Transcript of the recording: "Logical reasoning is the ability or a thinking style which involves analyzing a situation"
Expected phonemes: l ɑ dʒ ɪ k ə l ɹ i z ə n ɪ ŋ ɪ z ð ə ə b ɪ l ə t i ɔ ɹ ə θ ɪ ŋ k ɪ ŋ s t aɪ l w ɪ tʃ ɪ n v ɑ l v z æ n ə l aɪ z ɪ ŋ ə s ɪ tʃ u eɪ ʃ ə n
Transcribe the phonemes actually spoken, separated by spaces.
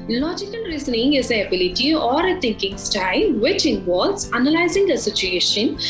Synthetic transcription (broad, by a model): l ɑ dʒ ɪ k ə l ɹ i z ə n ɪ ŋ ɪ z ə ə b ɪ l ə t i ɔ ɹ ə t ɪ ŋ k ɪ ŋ s t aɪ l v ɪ tʃ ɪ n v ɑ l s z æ n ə l aɪ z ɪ ŋ ə s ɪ tʃ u eɪ ʃ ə n